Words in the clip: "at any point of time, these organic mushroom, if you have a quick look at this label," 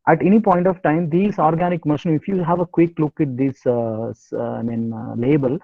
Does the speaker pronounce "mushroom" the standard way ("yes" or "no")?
no